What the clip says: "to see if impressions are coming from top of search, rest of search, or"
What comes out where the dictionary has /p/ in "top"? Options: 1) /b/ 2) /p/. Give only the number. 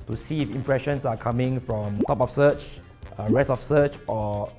2